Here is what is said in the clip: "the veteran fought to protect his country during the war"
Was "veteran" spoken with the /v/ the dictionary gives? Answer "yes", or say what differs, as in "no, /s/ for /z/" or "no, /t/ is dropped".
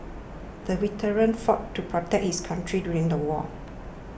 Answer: no, /w/ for /v/